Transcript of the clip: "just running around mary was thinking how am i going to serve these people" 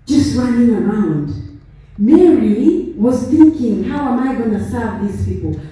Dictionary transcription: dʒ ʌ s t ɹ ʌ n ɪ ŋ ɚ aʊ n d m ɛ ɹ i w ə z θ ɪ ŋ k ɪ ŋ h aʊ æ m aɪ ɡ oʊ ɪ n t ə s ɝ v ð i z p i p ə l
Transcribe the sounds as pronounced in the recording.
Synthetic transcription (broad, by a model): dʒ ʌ s t ɹ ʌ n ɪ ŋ ɚ aʊ n d m ɛ ɹ i w ə z θ ɪ ŋ k ɪ ŋ h aʊ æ m aɪ ɡ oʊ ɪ n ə s ɝ v ð i z p i p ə l